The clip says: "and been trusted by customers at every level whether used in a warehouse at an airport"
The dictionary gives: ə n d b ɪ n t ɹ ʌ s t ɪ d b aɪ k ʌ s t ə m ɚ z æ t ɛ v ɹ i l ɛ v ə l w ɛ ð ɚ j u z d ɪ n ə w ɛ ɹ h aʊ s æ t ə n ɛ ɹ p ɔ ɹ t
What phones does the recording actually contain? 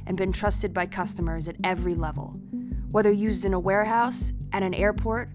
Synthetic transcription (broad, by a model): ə n b ɪ n t ɹ ʌ s t ɪ d b aɪ k ʌ s t ə m ɚ z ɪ t ɛ v ɹ i l ɛ v ə l w ɛ ð ɚ j u z d ɪ n ə w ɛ ɹ h aʊ s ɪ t ə n ɛ ɹ p ɔ ɹ t